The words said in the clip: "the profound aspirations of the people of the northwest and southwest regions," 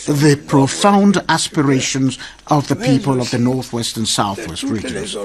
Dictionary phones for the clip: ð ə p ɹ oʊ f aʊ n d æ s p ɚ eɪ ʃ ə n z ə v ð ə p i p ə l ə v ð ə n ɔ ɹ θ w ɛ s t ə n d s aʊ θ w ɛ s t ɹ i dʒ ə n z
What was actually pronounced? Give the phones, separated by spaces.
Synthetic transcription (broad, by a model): ð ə p ɹ oʊ f aʊ n d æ s p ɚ eɪ ʃ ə n z ə v ð ə p i p ə l ə v ð ə n ɔ ɹ θ w ɛ s t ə n s aʊ θ w ɛ s t ɹ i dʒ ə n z